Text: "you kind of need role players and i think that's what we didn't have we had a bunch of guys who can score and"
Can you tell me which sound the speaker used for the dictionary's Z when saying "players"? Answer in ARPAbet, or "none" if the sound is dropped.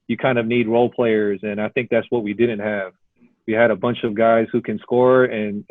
Z